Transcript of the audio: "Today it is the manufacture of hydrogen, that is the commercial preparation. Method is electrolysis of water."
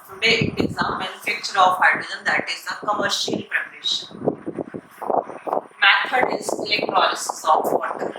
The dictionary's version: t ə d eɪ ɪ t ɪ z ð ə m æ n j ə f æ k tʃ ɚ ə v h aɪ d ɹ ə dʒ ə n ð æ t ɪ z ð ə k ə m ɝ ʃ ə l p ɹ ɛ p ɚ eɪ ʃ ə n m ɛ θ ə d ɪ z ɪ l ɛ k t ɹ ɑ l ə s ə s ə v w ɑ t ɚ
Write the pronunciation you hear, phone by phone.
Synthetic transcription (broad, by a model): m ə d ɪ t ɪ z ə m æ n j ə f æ k tʃ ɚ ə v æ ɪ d ə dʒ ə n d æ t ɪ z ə k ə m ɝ ʃ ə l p ɹ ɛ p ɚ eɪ ʃ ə n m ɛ f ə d ɪ z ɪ l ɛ k t ɹ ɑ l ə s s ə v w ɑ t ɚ